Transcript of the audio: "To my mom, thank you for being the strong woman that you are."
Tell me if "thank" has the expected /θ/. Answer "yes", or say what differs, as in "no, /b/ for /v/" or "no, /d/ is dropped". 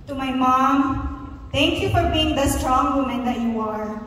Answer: no, /t/ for /θ/